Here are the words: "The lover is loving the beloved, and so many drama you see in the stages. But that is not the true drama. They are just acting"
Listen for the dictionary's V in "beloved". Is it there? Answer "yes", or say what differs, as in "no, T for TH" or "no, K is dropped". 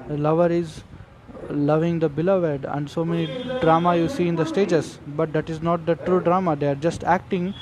yes